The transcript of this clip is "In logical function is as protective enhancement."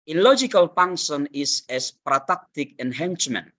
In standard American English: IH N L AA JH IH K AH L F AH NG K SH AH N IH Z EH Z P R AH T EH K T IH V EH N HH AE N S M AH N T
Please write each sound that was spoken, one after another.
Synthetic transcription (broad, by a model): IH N L AA JH IH K AH L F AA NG SH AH N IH S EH S P R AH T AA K T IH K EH N HH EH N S M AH N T